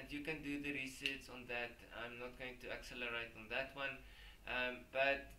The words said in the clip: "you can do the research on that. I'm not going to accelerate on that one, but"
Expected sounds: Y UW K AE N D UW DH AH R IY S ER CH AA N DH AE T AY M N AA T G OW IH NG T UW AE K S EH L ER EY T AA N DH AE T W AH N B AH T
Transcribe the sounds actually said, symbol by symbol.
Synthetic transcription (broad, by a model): Y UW K AE N D UW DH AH R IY S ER S AA N DH AE T AY M N AA T G OW IH NG T UW AE K S EH L ER EY T AA N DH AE T W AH N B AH T